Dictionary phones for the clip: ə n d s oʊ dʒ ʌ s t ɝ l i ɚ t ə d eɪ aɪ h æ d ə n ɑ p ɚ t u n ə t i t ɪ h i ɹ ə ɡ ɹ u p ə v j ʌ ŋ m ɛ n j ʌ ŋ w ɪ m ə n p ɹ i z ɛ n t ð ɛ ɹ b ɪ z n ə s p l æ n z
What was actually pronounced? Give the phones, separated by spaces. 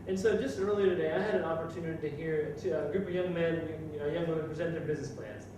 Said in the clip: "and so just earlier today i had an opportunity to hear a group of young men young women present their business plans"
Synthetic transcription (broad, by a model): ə n s oʊ dʒ ʌ s t ɝ l i ɚ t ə d eɪ aɪ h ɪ d ə n ɑ p ɚ t u n ə t i t ɪ h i ɹ ə ɡ ɹ u p ə v j ʌ ŋ m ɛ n j ʌ ŋ w ɪ m ə n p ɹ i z ɛ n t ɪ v b ɪ z n ə s p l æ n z